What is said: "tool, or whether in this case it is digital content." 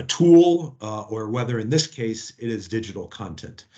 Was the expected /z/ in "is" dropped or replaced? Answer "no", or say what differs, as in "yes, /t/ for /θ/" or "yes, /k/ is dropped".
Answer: no